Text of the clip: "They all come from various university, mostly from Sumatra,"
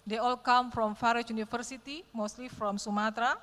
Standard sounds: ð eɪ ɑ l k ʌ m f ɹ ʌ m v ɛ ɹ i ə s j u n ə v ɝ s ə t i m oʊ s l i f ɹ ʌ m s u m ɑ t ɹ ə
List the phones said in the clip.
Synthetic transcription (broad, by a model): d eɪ ɑ l k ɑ m f ɹ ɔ m f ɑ ɹ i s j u n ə f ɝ s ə t i m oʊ s l i f ɹ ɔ m s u m ɑ t ɹ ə